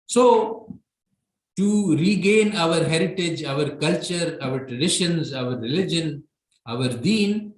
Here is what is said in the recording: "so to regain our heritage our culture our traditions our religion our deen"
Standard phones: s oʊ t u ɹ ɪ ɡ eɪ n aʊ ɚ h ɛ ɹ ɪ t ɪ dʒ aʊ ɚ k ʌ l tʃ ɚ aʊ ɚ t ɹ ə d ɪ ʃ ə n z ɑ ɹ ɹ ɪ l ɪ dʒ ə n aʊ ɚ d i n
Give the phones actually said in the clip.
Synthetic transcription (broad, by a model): s oʊ t u ɹ ɪ ɡ eɪ n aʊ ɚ h ɛ ɹ ɪ t ɪ dʒ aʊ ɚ k ʌ l tʃ ɚ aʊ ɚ t ɹ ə d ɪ ʃ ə n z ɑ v ɹ ɪ l ɪ dʒ ə n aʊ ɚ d i n